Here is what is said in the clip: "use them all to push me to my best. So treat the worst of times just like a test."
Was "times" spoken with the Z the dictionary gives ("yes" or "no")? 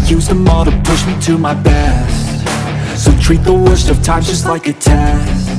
no